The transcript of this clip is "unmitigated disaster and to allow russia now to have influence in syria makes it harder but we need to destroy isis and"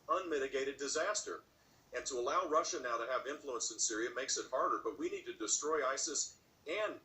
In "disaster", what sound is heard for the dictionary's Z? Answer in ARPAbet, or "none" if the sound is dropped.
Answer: Z